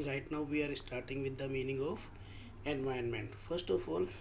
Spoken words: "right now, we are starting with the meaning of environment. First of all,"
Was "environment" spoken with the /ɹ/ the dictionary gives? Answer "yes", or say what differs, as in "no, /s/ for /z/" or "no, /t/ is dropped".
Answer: no, /ɹ/ is dropped